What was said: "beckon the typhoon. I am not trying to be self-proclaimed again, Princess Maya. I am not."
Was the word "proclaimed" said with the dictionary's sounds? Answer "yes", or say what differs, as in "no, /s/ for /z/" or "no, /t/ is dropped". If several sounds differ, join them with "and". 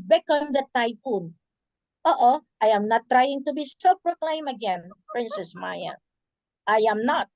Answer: no, /d/ is dropped